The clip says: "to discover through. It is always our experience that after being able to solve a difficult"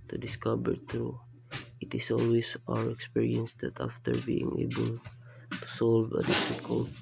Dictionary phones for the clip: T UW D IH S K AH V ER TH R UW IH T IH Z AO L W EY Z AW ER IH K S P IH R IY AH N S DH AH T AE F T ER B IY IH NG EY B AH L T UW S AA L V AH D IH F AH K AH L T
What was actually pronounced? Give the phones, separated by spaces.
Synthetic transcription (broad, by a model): T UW D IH S K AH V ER T R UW IH T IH S AO L W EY S AW ER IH K S P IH R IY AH N S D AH T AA F T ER B IY IH NG EY B AH L T UW S AA L V AH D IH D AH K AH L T